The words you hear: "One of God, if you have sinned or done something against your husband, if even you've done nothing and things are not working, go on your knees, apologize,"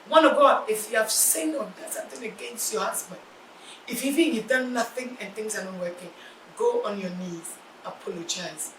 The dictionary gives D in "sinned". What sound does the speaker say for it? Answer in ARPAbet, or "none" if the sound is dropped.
none